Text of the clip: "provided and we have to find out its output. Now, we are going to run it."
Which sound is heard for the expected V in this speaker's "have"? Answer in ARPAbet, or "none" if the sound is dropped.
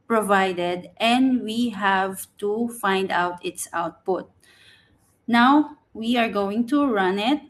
V